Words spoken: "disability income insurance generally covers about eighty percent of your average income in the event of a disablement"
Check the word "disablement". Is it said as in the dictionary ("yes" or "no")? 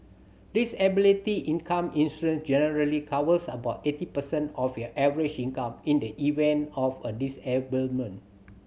no